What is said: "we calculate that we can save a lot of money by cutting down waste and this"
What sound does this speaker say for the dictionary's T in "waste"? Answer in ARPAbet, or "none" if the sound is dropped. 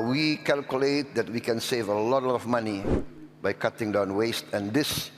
T